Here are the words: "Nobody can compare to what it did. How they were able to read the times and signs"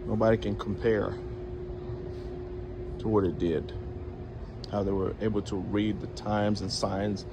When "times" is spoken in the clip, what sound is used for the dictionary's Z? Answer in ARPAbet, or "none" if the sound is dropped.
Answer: Z